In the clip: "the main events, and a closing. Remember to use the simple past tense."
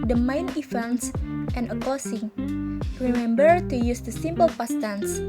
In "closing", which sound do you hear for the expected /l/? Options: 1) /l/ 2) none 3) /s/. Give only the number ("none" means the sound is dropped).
2